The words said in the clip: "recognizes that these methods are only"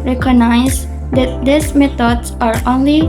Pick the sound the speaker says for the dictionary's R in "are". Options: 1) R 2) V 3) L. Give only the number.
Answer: 1